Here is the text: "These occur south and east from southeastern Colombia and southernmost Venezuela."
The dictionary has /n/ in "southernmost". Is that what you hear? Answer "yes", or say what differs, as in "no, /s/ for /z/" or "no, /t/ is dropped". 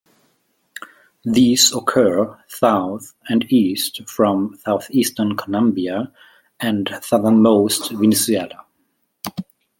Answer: yes